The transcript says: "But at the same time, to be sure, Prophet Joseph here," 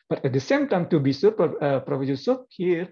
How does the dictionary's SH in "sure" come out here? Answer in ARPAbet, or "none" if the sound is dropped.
S